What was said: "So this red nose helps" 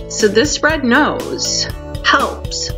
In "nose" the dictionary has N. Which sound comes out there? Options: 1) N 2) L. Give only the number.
1